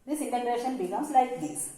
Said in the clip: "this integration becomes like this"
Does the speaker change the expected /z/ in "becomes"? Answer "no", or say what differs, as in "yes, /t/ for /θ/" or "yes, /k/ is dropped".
yes, /s/ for /z/